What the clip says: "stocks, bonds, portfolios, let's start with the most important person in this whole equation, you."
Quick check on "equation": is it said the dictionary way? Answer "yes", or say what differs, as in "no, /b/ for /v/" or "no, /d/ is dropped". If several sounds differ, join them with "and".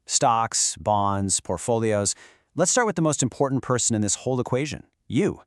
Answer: yes